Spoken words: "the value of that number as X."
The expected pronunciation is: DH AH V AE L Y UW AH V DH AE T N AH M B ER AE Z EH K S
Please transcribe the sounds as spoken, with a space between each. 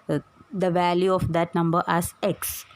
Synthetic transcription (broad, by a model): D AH V AE L Y UW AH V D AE T N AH M B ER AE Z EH K S